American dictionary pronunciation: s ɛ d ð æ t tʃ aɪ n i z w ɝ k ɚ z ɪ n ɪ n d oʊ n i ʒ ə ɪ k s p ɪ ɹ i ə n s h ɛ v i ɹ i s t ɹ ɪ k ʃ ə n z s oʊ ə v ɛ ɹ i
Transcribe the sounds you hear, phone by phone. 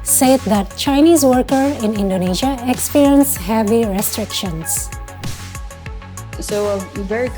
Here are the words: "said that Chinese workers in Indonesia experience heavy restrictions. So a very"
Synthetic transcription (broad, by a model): s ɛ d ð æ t tʃ aɪ n i z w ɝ k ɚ ɪ n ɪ n d oʊ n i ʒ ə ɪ k s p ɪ ɹ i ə n s h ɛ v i ɹ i s t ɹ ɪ k ʃ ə n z s oʊ ə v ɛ ɹ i